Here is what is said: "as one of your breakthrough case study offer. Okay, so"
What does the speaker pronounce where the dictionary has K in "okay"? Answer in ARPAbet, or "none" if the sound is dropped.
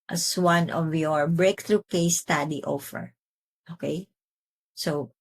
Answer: K